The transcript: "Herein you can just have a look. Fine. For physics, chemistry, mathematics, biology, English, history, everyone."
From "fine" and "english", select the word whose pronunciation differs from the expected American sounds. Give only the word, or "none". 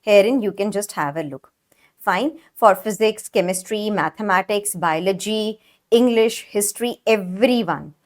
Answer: none